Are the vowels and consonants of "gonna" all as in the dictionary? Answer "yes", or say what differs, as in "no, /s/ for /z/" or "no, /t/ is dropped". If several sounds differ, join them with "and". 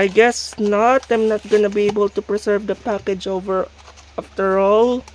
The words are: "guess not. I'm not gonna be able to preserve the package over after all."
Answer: yes